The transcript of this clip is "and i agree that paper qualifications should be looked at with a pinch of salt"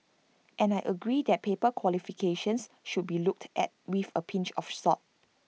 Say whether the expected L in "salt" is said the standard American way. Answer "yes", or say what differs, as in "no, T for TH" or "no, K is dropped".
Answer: no, L is dropped